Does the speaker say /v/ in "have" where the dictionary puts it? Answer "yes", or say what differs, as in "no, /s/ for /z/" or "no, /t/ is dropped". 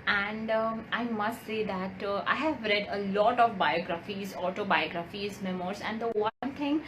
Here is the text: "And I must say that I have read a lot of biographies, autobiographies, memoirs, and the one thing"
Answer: yes